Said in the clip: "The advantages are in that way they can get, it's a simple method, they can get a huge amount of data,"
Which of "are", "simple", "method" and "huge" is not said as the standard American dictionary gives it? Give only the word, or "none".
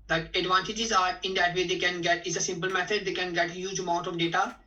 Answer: method